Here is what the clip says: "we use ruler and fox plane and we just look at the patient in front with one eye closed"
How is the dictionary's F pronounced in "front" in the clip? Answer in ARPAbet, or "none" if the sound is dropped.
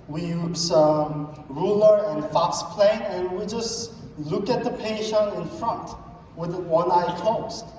F